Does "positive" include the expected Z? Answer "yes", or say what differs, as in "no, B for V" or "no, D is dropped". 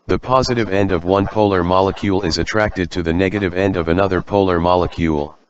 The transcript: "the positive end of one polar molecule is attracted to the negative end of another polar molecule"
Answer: yes